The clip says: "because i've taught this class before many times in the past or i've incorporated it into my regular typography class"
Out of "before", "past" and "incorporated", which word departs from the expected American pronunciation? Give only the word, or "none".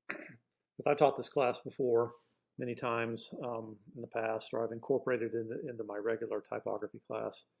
none